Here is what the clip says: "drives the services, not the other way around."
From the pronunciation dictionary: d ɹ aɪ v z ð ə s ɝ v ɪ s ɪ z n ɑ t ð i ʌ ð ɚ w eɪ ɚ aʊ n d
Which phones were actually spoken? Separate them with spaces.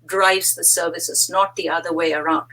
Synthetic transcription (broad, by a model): d ɹ aɪ v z ð ə s ɝ v ɪ s ɪ z n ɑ t ð i ʌ ð ɚ w eɪ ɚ aʊ n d